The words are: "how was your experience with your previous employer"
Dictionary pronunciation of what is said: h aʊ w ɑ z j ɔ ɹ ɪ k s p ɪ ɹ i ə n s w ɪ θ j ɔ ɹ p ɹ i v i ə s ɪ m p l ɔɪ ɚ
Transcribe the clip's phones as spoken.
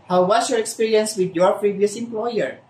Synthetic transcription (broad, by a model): h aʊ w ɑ s j ɔ ɹ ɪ k s p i ɹ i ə n s w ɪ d j ɔ ɹ p ɹ i v i ə s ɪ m p l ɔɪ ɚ